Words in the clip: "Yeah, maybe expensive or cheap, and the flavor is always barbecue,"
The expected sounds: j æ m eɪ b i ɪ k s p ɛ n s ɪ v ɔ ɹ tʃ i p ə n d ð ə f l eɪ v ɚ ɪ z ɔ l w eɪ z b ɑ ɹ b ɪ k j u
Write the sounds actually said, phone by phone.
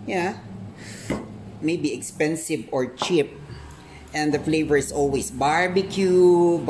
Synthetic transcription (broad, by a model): j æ m eɪ b i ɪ k s p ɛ n s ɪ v ɔ ɹ tʃ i p ə n d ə f l eɪ v ɚ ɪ s ɔ l w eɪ s b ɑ ɹ b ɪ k j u